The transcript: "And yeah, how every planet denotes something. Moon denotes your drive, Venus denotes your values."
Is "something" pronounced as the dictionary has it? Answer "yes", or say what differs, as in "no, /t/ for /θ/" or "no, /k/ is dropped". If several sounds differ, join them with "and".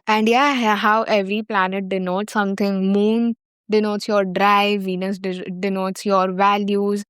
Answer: no, /t/ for /θ/